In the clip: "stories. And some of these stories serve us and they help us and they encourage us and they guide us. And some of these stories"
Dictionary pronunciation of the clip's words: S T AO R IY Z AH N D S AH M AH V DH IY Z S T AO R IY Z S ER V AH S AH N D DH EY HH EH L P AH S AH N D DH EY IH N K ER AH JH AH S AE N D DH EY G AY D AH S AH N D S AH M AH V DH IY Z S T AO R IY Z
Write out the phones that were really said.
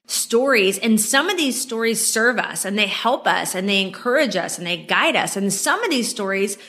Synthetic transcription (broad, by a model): S T AO R IY Z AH N S AH M AH V DH IY Z S T AO R IY Z S ER V AH S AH N DH EY HH EH L P AH S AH N DH EY IH N K ER AH JH AH S N DH EY G AY D AH S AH N S AH M AH V DH IY Z S T AO R IY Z